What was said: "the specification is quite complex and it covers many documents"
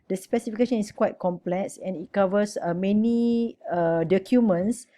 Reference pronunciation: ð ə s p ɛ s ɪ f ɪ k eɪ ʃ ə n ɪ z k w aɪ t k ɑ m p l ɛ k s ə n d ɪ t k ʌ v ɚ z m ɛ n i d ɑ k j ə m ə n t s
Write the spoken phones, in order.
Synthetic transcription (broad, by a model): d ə s p ɛ s ɪ f ɪ k eɪ ʃ ə n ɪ s k w aɪ t k ɑ m p l ɛ k s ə n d ɪ t k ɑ v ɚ s m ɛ n i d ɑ k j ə m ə n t s